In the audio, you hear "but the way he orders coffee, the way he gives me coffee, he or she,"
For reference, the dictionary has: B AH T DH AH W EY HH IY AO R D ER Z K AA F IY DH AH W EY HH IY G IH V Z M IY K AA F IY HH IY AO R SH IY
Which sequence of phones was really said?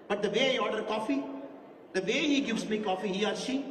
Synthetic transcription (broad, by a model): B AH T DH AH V EY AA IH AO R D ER K AA F IY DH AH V EY HH IY G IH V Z M IY K AA F IY HH IY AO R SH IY